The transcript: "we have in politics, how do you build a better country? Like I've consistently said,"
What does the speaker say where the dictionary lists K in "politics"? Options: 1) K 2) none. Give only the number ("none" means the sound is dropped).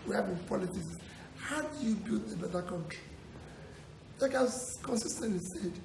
2